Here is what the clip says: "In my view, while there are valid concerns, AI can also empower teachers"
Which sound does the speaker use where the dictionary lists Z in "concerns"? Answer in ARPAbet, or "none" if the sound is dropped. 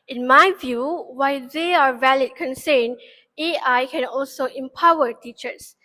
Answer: none